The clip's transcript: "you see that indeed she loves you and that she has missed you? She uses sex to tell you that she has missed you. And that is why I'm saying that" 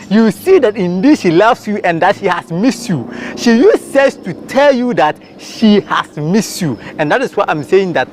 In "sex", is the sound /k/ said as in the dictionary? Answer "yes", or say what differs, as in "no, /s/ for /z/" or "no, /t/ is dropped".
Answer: no, /k/ is dropped